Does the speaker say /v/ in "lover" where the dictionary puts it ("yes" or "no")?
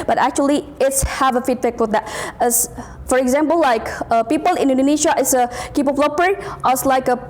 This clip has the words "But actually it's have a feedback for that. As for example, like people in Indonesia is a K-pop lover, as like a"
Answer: no